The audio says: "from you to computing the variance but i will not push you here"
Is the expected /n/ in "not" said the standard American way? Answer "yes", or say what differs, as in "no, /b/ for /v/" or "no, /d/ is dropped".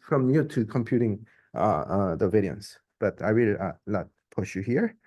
no, /l/ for /n/